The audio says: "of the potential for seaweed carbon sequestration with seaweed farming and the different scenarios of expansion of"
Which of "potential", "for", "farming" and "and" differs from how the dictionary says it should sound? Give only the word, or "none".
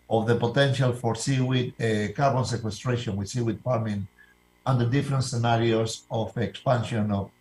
farming